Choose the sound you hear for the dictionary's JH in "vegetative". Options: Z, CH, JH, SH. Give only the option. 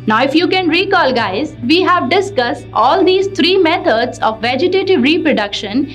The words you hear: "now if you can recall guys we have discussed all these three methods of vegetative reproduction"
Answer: JH